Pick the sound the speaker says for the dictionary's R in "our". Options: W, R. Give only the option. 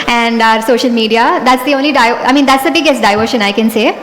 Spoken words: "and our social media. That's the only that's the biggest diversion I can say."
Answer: R